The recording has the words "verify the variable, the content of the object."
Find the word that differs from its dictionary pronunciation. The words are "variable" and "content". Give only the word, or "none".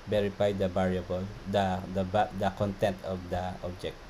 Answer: variable